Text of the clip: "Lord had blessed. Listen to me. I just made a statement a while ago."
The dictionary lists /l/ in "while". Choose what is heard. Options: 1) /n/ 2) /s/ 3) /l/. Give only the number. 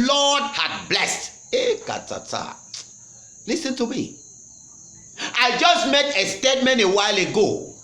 3